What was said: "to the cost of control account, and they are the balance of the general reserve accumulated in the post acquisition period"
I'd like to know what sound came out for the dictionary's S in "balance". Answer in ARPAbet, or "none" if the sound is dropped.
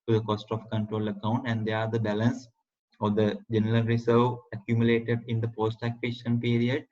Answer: S